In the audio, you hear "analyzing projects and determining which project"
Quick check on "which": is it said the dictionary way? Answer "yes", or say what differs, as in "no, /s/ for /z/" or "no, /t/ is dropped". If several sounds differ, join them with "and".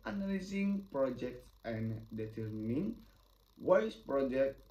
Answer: no, /s/ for /tʃ/